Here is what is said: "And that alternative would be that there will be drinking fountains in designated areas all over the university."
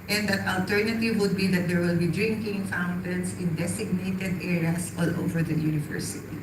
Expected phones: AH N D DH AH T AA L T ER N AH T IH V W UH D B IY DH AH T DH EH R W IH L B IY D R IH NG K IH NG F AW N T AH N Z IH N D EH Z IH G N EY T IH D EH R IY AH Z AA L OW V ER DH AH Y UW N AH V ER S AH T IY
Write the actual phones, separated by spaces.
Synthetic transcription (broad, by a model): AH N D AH T AA L T ER N AH T IH V W UH D B IY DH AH T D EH R W IH L B IY D R IH NG K IH NG F AW N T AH N S IH N D EH S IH G N EY T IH D EH R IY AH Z AA L OW V ER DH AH Y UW N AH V ER S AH T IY